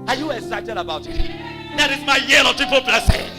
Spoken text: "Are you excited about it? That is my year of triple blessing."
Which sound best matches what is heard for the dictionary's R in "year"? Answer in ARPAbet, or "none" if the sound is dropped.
L